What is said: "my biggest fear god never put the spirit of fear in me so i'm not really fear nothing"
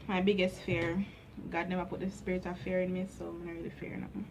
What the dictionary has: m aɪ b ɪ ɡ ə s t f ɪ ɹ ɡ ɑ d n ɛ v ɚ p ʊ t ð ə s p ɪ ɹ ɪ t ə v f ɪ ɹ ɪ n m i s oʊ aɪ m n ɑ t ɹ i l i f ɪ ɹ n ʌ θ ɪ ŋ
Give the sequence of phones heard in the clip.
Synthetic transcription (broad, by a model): m aɪ b ɪ ɡ ə s t f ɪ ɹ ɡ ɑ d n ɛ v ɚ p ʊ t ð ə s p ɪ ɹ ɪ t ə f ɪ ɹ ɪ n m i s oʊ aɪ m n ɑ ɹ i l i f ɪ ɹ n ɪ